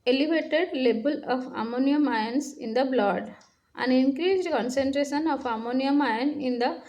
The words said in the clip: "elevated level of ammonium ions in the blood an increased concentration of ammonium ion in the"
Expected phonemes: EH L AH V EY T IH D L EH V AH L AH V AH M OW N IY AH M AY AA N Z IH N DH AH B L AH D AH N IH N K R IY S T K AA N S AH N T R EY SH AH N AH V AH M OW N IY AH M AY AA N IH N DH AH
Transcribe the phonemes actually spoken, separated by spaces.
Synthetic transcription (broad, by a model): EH L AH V EY T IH D L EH B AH L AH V AH M OW N IY AH M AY N S IH N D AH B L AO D AH N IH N K R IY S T K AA N S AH N T R EY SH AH N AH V AH M OW N IY AH M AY N IH N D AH